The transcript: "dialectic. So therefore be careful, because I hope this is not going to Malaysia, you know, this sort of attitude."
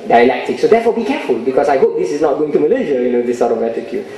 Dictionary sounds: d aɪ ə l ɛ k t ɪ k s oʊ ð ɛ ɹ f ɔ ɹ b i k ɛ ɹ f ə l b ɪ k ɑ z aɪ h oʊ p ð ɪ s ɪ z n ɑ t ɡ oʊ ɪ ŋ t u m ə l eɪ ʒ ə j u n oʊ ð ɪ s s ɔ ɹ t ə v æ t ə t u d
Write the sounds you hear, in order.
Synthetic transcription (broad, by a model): d aɪ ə l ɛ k t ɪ k s oʊ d ɛ f ɔ b i k ɛ f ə l b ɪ k ɑ s aɪ h oʊ p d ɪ s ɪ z n ɑ t ɡ oʊ ɪ ŋ t u m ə l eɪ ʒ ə j u n oʊ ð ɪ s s ɔ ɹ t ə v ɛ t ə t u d